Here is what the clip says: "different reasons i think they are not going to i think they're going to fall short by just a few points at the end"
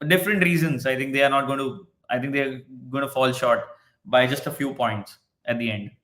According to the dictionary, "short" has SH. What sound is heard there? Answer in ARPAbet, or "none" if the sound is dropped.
SH